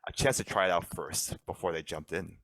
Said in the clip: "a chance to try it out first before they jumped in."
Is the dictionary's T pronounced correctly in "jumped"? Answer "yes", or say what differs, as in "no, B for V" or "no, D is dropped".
yes